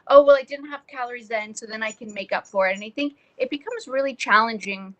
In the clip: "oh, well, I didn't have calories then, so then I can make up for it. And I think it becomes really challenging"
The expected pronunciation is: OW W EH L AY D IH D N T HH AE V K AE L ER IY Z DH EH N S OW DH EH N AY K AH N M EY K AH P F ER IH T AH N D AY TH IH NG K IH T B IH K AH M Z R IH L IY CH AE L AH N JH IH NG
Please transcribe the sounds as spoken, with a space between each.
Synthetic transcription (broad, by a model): OW W EH L AY D IH D N T HH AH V K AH L ER IY Z DH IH N S OW DH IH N AY K AH N M EY K AH P F ER IH T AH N AY TH IH NG K IH T B IH K AH M Z R IH L IY CH AE L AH N JH IH NG